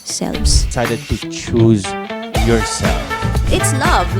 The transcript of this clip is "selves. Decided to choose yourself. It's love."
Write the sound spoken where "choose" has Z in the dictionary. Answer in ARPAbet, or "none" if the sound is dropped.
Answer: Z